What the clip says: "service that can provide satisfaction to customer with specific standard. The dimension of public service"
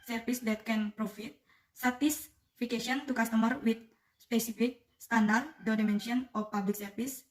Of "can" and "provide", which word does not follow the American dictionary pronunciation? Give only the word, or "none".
provide